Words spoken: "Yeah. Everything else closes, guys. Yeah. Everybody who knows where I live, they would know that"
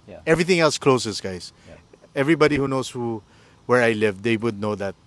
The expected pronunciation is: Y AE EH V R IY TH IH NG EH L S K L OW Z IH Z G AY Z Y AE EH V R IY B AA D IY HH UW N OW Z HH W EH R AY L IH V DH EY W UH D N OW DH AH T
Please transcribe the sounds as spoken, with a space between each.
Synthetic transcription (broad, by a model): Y EH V R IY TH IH NG EH L S K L OW S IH S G AY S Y EH V R IY B AA D IY HH UW N OW S HH W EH R AY L IH V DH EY W UH D N OW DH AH T